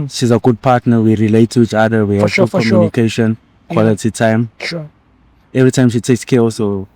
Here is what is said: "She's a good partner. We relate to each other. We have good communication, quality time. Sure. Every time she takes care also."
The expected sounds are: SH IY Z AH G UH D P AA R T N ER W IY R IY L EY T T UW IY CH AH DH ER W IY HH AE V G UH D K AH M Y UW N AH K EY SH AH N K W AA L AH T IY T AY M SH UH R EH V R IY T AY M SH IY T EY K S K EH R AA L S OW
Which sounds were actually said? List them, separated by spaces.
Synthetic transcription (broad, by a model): SH IY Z AH G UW D P AA T N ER W IY R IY L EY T T UW IY CH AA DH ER W IY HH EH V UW K AH M Y UW N AH K EY SH AH N K W AA L AH T IY T AY M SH EH V R IY T AY M SH IY T EY K S K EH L S OW